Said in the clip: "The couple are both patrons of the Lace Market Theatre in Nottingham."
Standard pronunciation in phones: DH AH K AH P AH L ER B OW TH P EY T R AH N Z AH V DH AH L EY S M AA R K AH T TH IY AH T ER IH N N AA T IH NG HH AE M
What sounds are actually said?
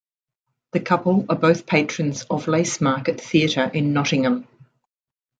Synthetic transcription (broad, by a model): DH AH K AH P AH L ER B OW TH P EY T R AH N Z AH V L EY S M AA K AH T TH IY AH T ER IH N N AA T IH NG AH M